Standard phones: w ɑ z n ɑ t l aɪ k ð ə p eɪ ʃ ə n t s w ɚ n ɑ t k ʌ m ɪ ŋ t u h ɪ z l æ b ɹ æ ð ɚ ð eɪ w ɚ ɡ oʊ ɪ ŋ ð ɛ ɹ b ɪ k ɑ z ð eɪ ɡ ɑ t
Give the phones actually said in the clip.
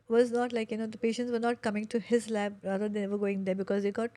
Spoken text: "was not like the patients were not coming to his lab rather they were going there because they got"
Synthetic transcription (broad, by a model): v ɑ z n ɑ t l aɪ k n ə p eɪ ʃ ə n t s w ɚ n ɑ t k ʌ m ɪ ŋ t u h ɪ z l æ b ɹ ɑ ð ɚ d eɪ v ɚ ɡ oʊ ɪ ŋ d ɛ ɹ b ɪ k ɑ z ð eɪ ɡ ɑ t